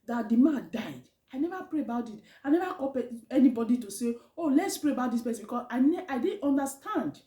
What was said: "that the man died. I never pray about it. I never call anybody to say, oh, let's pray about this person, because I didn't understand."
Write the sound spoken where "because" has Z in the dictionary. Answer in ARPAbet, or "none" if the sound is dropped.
S